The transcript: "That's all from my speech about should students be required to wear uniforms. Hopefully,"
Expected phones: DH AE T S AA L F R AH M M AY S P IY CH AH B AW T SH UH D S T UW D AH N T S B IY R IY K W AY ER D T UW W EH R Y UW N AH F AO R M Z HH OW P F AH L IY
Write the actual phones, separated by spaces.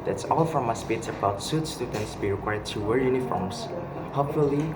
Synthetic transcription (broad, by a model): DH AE T S AA L F R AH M M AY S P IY S AH B AW T S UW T S T UW D AH N T S B IY R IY K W AY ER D T UW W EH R Y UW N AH F AO R M S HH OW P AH L IY